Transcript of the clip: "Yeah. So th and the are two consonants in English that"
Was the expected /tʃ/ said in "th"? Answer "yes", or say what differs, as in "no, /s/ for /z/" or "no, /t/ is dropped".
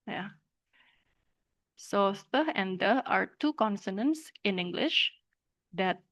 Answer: no, /tʃ/ is dropped